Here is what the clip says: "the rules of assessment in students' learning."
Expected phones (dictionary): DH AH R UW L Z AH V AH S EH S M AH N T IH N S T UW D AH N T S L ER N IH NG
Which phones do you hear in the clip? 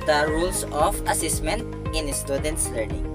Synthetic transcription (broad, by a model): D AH R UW L S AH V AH S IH S M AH N T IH N S T UW D AH N T S L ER N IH NG